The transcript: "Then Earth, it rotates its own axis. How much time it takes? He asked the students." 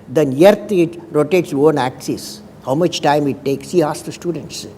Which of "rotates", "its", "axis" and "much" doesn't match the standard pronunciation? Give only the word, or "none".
rotates